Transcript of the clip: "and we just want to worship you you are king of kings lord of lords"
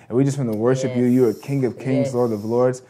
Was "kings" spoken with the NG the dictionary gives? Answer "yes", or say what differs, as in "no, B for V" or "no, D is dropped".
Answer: yes